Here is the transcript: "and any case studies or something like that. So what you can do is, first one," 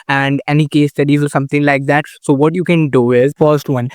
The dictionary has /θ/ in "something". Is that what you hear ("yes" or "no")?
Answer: no